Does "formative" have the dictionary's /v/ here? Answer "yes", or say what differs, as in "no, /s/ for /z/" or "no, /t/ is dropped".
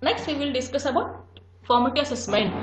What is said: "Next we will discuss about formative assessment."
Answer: no, /v/ is dropped